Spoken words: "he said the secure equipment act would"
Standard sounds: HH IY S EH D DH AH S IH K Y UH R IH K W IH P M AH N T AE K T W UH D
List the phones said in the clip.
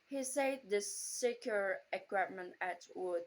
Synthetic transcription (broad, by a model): HH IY S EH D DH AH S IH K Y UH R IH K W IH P M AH N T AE T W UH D